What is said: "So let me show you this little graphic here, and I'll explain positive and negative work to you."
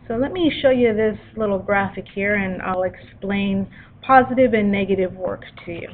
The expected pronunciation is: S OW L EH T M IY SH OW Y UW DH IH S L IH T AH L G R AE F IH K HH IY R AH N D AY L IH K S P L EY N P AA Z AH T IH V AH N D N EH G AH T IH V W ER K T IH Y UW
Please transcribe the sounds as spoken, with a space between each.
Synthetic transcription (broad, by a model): S OW L EH T M IY SH OW Y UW DH IH S L IH T L G R AE F IH K HH IY R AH N AY L IH K S P L EY N P AA Z AH T IH V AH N N EH G AH T IH V W ER K T IH Y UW